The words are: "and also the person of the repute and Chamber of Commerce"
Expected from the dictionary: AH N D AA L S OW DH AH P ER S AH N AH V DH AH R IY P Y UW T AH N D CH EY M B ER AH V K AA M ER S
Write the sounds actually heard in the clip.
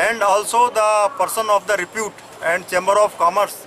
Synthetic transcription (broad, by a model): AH N D AA L S OW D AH P ER S AH N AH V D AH R IY P Y UW T AH N D CH EY M B ER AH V K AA M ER S